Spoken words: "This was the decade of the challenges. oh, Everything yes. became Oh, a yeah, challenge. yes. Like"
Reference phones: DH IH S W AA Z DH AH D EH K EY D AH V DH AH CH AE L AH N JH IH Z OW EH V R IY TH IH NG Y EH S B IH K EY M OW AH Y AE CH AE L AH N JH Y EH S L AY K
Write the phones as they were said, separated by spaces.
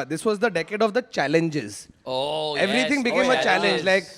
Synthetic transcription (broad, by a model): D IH S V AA Z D AH D EH K EY D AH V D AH CH AE L AH N JH IH Z OW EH V R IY T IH NG B IH K EY M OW AH CH AE L AH N JH L AY K